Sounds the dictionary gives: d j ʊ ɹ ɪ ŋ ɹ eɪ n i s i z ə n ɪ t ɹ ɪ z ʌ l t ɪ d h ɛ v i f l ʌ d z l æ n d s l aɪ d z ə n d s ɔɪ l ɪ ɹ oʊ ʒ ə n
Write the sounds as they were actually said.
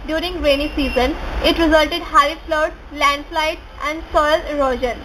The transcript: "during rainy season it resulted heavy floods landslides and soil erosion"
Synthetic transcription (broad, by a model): d j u ɹ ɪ ŋ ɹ eɪ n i s i z ə n ɪ t ɹ ɪ z ʌ l t ɪ d h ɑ i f l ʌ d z l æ n d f l aɪ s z ə n d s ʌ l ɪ ɹ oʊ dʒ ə n